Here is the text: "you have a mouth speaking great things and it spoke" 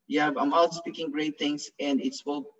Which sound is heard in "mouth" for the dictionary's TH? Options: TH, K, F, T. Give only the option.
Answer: T